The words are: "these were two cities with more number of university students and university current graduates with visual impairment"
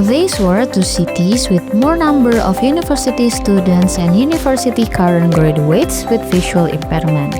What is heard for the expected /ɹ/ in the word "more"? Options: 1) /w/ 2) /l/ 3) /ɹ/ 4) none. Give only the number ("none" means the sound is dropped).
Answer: 3